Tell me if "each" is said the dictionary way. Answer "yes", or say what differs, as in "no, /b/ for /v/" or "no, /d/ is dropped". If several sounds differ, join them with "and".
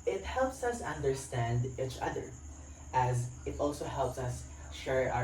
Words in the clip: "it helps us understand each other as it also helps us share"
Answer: yes